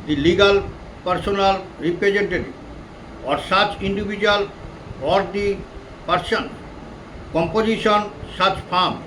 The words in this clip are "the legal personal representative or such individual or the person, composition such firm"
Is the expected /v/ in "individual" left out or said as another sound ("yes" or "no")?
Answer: yes